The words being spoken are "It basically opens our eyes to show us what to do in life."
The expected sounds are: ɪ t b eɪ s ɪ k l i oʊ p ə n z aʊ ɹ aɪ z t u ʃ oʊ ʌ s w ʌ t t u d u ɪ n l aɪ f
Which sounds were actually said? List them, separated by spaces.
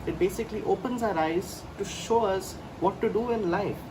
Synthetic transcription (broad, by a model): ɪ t b eɪ s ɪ k l i oʊ p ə n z aʊ ɹ aɪ z t u ʃ oʊ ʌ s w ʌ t t u d u ɪ n l aɪ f